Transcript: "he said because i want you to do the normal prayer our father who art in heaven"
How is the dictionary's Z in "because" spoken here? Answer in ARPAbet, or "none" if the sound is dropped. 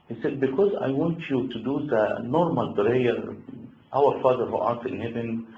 Z